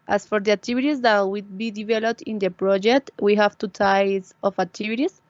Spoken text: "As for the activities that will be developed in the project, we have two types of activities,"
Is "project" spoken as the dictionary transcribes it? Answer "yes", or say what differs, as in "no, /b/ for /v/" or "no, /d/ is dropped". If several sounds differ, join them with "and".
yes